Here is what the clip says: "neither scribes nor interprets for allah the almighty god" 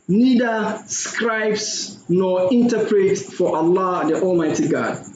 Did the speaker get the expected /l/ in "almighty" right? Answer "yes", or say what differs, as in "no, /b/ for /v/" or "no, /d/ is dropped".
yes